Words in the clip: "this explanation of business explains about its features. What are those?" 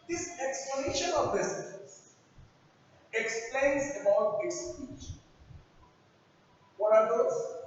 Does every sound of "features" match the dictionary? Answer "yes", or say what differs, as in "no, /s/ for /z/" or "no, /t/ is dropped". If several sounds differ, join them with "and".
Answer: no, /p/ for /f/